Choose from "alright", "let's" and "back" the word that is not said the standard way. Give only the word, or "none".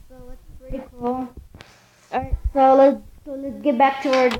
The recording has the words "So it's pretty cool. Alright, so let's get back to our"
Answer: alright